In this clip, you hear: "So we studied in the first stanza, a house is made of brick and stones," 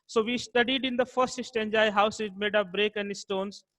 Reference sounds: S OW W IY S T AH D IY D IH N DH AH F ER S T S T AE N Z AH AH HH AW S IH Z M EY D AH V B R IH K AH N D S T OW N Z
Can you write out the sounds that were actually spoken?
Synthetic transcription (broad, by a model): S OW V IY S T AH D IY D IH N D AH F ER S T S T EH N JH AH AH HH AW S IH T M EY D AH P B R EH K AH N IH S T OW N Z